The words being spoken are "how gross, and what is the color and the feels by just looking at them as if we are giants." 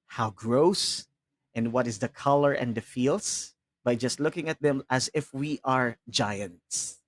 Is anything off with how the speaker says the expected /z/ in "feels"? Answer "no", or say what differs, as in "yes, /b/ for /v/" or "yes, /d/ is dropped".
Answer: yes, /s/ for /z/